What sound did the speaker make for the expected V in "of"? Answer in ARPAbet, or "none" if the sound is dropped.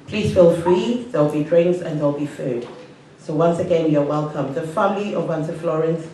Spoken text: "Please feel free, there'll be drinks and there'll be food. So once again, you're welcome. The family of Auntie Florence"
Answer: W